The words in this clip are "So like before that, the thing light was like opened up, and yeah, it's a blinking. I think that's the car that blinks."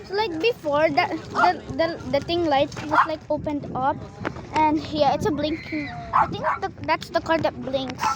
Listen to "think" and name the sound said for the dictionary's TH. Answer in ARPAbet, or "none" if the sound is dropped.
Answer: T